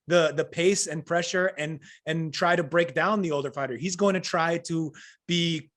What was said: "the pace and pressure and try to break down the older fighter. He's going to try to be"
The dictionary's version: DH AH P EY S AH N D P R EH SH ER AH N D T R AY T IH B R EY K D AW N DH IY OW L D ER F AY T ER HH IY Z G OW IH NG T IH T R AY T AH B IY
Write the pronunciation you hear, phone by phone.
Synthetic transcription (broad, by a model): DH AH P EY S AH N P R EH SH ER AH N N T R AY T IH B R EY K D AW N DH IY OW L D ER F AY T ER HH IY Z G OW IH NG T IH T R AY T AH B IY